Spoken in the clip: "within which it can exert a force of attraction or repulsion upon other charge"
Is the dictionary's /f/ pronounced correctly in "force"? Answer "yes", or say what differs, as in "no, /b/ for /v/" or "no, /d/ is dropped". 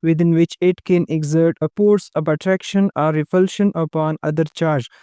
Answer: no, /p/ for /f/